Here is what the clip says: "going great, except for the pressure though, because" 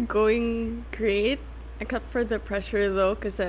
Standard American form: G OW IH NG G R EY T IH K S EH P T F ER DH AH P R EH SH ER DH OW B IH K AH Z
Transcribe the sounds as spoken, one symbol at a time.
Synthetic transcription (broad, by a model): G OW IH NG G R EY T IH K AH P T F ER DH AH P R EH SH ER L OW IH K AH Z